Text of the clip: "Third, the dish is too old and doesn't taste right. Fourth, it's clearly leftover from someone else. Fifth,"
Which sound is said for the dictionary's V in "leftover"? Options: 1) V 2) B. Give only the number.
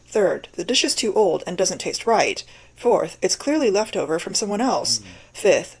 1